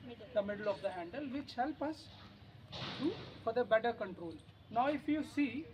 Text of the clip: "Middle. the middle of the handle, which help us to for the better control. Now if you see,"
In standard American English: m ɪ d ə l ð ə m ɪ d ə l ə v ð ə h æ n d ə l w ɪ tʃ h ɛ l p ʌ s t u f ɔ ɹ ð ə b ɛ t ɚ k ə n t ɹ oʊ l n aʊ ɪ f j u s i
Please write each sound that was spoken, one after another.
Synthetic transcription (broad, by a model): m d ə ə m ɪ d ə l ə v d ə h æ n d ə l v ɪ tʃ h ɛ l p ʌ s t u f ɔ ɹ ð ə b ɛ t ɚ k ə n t ɹ oʊ l n aʊ ɪ f j u s i